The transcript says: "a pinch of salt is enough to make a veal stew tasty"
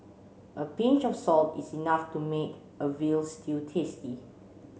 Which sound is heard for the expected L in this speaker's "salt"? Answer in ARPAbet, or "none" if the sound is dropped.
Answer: L